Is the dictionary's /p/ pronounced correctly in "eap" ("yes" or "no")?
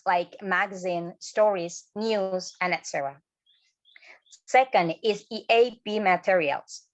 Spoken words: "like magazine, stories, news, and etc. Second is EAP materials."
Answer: no